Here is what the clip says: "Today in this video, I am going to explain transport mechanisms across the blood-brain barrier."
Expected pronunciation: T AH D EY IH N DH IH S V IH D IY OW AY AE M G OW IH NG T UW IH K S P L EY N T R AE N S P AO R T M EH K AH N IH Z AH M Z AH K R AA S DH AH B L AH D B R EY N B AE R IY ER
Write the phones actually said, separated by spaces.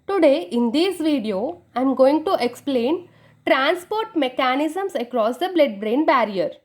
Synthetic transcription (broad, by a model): T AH D EY IH N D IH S V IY D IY OW AY M G OW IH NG T UW IH K S P L EY N T R AE N S P AO R T M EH K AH N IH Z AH M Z AH K R AA S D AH B L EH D B R EY N B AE R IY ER